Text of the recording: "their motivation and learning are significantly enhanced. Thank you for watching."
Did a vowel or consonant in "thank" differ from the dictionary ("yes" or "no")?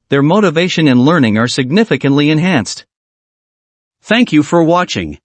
no